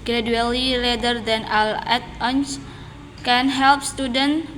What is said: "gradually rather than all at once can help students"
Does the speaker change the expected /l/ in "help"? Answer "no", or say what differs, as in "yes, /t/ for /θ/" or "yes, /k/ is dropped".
no